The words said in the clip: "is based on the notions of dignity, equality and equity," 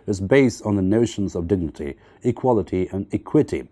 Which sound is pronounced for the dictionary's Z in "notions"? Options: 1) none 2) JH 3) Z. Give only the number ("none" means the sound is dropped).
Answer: 3